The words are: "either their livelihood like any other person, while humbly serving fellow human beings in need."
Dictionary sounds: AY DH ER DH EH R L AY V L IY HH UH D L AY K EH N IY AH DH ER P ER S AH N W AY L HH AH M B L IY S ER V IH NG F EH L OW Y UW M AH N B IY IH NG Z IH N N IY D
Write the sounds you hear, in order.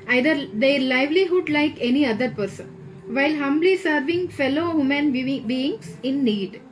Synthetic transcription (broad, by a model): AY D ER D EH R L AY V L IY HH UH D L AY K EH N IY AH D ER P ER S AH N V AY L HH AH M B L IY S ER V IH NG F EH L OW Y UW M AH N B IY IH NG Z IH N N IY D